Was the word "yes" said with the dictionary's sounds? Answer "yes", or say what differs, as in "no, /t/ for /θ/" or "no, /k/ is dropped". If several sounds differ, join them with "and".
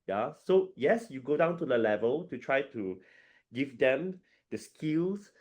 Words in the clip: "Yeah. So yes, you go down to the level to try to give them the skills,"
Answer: yes